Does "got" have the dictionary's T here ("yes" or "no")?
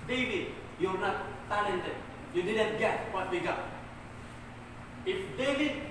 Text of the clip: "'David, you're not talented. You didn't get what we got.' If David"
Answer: no